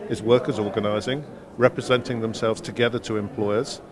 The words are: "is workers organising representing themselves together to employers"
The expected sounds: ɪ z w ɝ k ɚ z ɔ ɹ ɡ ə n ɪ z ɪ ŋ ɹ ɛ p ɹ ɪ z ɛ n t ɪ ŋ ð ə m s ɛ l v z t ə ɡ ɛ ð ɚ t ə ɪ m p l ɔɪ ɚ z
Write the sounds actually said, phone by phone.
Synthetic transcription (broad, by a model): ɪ z w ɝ k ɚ z ɔ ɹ ɡ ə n ɪ z ɪ ŋ ɹ ɛ p ɹ ɪ z ɛ n t ɪ ŋ ð ə m s ɛ l v z t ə ɡ ɛ ð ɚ t ə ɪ m p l ɔɪ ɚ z